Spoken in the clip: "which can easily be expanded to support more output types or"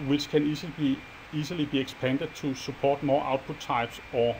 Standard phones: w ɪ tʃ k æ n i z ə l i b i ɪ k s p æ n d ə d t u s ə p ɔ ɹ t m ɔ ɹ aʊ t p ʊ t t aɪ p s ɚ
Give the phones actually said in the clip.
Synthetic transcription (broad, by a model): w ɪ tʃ k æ n i s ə l i b i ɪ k s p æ n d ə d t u s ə p ɔ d m ɔ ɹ aʊ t p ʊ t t aɪ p s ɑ